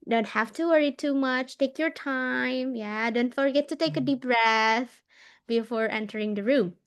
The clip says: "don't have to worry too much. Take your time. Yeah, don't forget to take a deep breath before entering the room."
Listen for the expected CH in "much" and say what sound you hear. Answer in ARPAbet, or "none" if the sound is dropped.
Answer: CH